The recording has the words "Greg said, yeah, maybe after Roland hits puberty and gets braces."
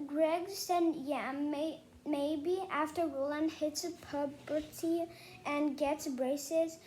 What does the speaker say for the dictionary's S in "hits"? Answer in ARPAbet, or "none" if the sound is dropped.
S